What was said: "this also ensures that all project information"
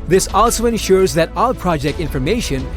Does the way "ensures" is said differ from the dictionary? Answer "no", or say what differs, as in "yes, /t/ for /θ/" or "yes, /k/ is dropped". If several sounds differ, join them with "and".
no